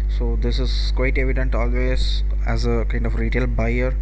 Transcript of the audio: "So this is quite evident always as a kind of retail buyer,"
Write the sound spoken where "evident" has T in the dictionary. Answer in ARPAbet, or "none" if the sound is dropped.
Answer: T